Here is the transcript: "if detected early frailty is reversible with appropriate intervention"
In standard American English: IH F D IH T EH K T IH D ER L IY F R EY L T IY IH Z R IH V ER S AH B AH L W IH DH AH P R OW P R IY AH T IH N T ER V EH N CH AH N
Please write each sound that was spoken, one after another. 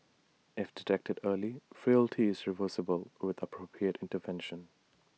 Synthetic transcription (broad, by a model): IH F D IH T EH K T IH D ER L IY F R EY L T IY IH Z R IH V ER S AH B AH L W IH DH AH P R OW P R IY AH T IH N T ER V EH N SH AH N